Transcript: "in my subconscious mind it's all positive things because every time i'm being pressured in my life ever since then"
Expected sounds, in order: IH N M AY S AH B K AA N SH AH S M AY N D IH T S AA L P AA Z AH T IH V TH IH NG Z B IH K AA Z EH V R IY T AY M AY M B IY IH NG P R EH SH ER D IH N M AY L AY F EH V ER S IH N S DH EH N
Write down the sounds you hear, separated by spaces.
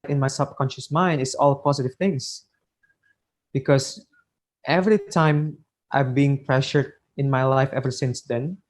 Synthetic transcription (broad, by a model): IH N M AY S AH B K AA N SH AH S M AY N D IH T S AA L P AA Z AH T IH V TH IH NG S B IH K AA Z EH V R IY T AY M AY M B IY IH NG P R EH SH ER D IH N M AY L AY F EH V ER S IH N S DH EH N